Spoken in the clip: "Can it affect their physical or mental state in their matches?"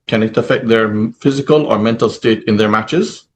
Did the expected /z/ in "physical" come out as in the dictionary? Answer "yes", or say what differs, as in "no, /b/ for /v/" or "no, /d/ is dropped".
yes